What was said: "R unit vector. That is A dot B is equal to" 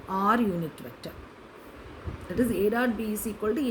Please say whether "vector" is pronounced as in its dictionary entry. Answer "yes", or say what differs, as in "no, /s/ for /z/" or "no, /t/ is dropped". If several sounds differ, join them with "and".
no, /k/ is dropped